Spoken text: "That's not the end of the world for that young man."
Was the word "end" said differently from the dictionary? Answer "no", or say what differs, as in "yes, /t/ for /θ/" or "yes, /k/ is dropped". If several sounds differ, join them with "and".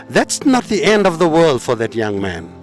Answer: no